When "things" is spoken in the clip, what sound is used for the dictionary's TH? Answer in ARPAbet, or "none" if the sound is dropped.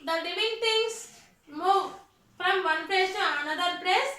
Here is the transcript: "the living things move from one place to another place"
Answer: T